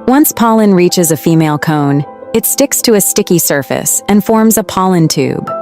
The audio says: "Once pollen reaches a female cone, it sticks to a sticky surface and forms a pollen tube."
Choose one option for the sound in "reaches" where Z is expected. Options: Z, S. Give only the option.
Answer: Z